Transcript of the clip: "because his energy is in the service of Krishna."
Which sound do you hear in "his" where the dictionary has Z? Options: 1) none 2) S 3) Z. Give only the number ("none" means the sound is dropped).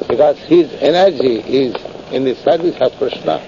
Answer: 3